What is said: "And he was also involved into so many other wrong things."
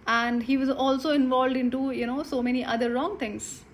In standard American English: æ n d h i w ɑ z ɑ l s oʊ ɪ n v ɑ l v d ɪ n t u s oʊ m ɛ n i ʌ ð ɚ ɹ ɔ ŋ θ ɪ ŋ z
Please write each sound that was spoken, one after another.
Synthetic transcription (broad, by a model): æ n d h i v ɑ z ɑ l s oʊ ɪ n v ɑ l v d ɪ n t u s oʊ m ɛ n i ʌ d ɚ ɹ ɔ ŋ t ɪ ŋ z